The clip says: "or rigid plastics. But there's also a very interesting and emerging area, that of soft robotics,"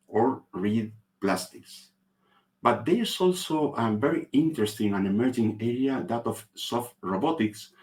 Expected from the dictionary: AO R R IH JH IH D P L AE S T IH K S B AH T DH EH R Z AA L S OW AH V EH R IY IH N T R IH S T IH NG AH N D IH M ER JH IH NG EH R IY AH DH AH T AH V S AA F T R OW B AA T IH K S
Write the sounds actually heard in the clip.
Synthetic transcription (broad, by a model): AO R R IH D P L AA S T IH K S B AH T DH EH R S AA L S OW AH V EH R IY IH N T R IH S T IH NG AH N IH M ER JH IH NG EH R IY AH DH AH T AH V S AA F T R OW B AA T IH K S